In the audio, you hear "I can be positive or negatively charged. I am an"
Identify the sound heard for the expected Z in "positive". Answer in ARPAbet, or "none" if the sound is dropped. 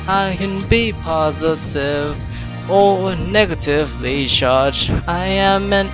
Z